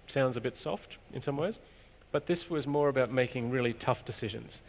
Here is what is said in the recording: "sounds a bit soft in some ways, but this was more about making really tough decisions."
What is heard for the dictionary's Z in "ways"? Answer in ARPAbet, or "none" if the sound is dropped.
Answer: Z